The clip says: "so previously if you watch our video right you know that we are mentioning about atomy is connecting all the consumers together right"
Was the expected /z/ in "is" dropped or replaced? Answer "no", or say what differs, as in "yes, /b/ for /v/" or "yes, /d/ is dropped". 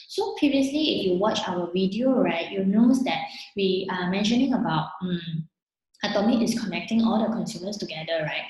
yes, /s/ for /z/